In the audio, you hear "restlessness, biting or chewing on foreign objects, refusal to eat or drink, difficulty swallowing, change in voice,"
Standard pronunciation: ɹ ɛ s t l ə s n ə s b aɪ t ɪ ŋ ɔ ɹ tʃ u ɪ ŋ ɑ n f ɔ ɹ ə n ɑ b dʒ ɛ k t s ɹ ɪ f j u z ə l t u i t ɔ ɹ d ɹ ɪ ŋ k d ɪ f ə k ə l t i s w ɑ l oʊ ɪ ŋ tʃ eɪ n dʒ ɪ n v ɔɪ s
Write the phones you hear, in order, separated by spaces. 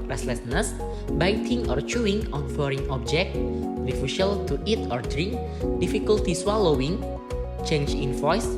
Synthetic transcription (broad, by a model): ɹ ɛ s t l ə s n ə s b aɪ t ɪ ŋ ɔ ɹ tʃ u ɪ ŋ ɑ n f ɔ ɹ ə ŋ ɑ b dʒ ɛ k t ɹ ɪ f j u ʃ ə l t u i t ɔ ɹ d ɹ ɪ ŋ k d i f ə k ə l t i s w ɑ l oʊ ɪ ŋ tʃ eɪ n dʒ ɪ n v ɔɪ s